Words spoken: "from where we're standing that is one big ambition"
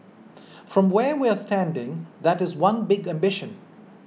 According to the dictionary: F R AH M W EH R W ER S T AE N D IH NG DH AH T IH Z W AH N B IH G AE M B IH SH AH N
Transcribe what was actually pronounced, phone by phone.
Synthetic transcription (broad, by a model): F R AH M W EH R W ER S T AE N D IH NG DH AH T IH Z W AH N B IH G AE M B IH SH AH N